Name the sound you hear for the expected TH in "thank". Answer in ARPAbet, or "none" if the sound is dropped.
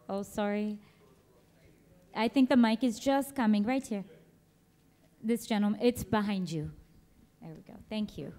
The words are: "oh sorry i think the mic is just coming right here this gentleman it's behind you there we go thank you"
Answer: TH